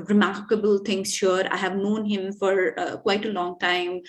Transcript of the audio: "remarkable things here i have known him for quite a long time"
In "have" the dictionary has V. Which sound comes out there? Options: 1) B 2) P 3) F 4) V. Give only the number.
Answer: 4